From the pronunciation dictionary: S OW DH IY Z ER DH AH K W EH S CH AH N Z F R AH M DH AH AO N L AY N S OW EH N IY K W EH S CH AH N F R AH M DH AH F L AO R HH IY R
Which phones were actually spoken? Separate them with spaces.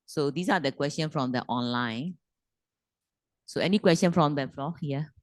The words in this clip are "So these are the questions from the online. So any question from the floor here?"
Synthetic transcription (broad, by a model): S OW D IY S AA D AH K W EH S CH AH N F R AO M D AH AO N L AY N S OW EH N IY K W EH S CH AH N F R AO M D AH F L AO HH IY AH